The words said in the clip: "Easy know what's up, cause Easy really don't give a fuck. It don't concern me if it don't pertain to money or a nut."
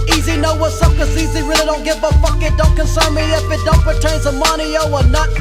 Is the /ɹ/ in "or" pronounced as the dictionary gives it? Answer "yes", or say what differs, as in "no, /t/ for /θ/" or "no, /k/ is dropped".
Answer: no, /w/ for /ɹ/